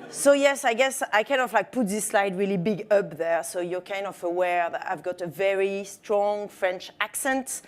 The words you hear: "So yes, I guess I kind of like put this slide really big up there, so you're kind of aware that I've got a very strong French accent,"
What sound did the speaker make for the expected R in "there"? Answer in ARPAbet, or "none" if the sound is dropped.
R